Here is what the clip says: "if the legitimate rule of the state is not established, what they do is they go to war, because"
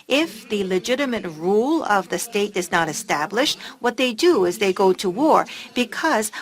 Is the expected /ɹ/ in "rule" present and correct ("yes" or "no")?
yes